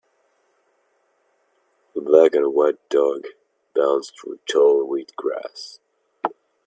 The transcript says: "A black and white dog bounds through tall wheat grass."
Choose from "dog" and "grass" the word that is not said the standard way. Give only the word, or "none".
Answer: none